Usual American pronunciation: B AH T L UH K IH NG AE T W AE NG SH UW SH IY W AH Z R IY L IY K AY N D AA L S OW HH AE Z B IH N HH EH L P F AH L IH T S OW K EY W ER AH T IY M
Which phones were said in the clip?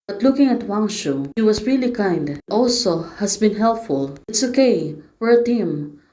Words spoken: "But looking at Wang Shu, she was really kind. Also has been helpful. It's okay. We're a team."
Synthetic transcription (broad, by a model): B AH T L UH K IH NG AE T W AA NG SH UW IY W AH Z R IY L IY K AY N D AA L S OW HH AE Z B IH N HH EH L P F AH L IH T S OW K EY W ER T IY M